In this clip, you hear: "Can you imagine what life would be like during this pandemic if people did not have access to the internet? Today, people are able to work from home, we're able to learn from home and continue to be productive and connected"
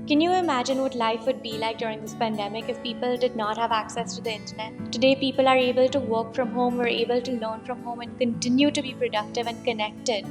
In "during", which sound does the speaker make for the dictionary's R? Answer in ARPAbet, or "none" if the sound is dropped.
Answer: R